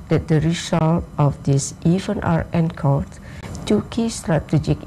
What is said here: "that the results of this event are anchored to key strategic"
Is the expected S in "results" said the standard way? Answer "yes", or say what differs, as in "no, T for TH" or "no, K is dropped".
no, S is dropped